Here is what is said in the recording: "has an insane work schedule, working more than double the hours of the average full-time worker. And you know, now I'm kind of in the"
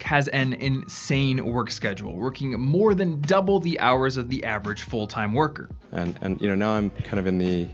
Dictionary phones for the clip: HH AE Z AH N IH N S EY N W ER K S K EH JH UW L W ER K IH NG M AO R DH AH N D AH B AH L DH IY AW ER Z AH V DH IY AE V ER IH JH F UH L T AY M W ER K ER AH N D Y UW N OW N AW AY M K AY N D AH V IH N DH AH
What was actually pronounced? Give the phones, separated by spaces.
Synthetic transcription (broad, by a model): HH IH Z AH N IH N S EY N W ER K S K EH JH UW L W ER K IH NG M AO R DH AH N D AH B L DH IY AW ER Z AH V DH IY AE V ER IH JH F UH L T AY M W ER K ER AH N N Y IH N OW N AW AY M K AY N D AH V IH N DH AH